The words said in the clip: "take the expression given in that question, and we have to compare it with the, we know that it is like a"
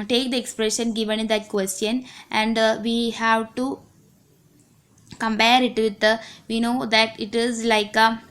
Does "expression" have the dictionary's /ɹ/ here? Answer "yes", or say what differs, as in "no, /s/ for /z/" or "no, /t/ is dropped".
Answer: yes